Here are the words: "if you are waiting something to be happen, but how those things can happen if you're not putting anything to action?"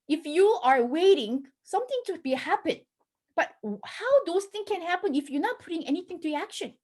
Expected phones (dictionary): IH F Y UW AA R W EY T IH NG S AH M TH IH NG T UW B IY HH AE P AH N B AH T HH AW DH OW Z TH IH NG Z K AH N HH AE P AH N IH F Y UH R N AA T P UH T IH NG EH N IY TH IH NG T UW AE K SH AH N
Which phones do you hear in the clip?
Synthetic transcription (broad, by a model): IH F Y UW AA R W EY T IH NG S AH M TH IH NG T UW B IY HH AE P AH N B AH T HH AW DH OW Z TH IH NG K AH N HH AE P AH N IH F Y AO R N AA T P UH T IH NG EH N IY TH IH NG T UW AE K SH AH N